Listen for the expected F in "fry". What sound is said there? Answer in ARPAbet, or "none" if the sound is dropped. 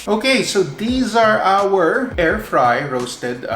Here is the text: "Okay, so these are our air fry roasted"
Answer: F